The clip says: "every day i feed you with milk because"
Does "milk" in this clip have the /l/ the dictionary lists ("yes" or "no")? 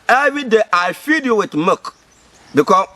no